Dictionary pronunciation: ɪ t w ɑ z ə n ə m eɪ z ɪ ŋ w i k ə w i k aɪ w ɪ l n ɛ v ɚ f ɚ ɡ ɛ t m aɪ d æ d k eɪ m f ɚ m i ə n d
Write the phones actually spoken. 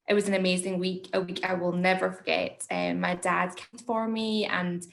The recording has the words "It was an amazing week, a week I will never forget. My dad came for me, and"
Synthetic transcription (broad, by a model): ɪ t w ɑ z ə n ə m eɪ z ɪ ŋ w i k ə w i k aɪ w ɪ l n ɛ v ɚ f ɚ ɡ ɛ t m aɪ d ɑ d k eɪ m f ɚ m i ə n